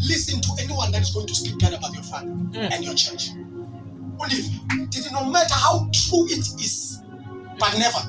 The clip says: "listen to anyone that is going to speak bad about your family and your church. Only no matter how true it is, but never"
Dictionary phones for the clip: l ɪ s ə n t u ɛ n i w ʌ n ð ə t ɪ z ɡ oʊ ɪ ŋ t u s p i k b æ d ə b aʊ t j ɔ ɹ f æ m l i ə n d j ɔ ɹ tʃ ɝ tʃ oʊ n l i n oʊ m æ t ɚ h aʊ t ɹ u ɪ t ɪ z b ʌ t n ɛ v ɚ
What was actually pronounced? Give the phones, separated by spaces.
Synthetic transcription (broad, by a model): l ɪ s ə n t u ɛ n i w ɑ n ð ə t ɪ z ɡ oʊ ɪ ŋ t u s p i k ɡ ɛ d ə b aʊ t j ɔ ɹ f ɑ l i ə n d j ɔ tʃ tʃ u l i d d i n oʊ m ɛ t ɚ h aʊ t ɹ u ɪ t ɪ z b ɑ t n ɛ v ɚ